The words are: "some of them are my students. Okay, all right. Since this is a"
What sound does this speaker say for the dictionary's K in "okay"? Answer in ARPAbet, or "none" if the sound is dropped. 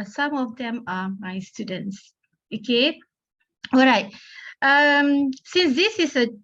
K